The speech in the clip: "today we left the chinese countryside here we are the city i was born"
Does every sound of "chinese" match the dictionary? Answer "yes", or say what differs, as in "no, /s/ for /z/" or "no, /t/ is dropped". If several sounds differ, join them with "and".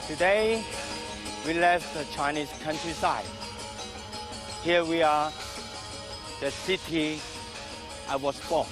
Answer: no, /s/ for /z/